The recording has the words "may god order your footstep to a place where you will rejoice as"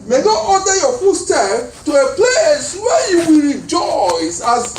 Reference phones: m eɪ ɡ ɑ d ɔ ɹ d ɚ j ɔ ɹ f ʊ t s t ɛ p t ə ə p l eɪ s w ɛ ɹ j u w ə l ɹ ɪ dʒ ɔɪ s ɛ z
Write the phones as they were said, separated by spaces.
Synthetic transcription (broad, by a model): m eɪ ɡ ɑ ɔ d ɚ j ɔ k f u s t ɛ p t ə ə p l eɪ s w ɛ j u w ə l ɹ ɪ dʒ ɔɪ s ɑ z